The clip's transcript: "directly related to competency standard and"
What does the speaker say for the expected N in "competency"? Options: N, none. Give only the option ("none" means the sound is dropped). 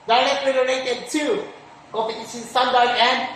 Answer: none